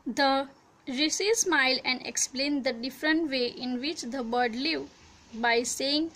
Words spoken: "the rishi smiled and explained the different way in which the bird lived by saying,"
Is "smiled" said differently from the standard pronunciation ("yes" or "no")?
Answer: yes